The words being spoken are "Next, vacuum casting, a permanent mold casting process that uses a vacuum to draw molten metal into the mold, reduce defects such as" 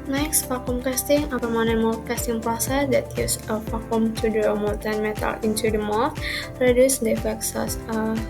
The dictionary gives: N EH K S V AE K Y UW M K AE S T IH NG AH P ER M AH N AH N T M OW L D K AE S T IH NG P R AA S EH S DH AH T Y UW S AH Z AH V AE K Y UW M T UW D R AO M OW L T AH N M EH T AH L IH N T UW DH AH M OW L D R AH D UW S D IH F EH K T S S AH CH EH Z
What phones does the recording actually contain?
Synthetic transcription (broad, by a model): N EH K S P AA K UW M K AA S T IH NG AH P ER M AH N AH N M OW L K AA S T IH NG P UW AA S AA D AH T Y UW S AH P AH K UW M T UW D R AO M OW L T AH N M EH T AH L IH N T UW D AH M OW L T R AH D UW S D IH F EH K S S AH S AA